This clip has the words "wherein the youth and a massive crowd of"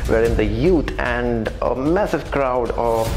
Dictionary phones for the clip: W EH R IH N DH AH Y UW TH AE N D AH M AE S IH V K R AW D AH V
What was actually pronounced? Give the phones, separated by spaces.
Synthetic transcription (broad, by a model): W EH R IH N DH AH Y UW T AE N D AH M AE S IH V K R AW D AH